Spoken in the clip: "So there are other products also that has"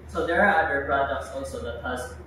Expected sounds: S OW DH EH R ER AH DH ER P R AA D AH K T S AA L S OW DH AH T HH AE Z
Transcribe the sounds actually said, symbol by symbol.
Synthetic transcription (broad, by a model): S OW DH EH R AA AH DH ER P R AA D AH K T S AA L S OW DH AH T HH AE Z